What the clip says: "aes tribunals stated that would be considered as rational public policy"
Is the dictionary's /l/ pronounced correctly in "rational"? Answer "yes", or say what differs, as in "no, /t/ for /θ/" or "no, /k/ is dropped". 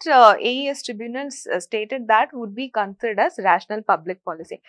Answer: yes